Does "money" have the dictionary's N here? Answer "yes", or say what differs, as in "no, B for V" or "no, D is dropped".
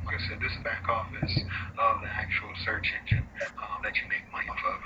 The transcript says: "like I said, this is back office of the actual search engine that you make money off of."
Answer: no, N is dropped